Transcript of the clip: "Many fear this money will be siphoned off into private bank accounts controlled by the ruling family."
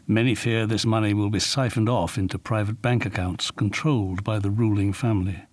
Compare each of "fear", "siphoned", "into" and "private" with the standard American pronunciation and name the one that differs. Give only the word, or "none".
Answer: none